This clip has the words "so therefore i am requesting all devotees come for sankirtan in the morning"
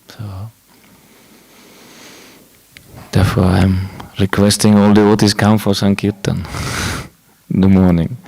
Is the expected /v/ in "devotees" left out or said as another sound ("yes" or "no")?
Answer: yes